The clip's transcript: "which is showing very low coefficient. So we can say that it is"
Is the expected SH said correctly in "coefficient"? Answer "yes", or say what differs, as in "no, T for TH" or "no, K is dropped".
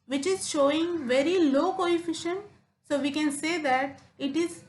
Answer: yes